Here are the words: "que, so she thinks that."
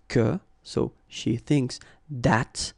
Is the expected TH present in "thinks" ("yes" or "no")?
yes